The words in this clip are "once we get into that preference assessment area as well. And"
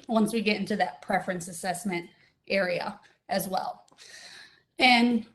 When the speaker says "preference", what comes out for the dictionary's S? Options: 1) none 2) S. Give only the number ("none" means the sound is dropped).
2